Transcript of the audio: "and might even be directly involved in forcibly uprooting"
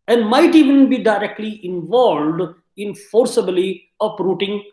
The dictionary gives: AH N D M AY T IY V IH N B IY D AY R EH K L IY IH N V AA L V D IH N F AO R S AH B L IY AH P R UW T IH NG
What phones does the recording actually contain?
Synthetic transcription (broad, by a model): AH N D M AY T IY V IH N B IY D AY R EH K L IY IH N V AA L V D IH N F AO R S AH B L IY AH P R UW T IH NG